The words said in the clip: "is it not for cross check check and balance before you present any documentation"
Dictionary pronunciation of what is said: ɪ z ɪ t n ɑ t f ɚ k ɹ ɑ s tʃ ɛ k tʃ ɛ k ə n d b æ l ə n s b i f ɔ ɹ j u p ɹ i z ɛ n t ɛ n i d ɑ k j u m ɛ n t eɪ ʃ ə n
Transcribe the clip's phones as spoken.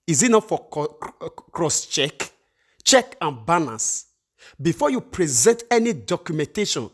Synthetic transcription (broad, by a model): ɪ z ɪ t n ɑ t f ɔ k ɹ ɑ s tʃ ɛ k tʃ ɛ k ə n b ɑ n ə s b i f ɔ j u p ɹ i z ɛ n t ɛ n i d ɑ k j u m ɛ n t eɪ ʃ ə n